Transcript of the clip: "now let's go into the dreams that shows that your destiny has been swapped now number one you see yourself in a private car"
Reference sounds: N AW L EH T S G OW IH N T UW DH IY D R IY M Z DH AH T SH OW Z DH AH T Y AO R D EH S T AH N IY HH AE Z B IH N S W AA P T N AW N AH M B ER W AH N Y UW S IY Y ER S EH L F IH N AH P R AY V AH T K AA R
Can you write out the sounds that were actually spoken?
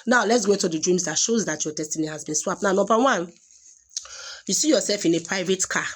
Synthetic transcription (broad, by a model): N AW L EH T S G OW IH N T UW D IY D R IY M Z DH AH T SH OW Z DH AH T Y AO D EH S T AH N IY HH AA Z B IH N S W AA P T N AW N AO M B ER W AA N Y UW S IY Y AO S EH L F IH N AH P R AY V AH T K AA